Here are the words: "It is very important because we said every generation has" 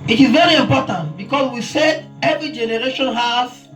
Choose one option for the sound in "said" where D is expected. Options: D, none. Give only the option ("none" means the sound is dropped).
none